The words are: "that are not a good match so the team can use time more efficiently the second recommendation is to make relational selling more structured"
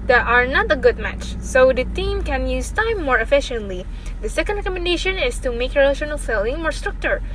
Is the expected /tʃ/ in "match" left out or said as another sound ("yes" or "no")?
no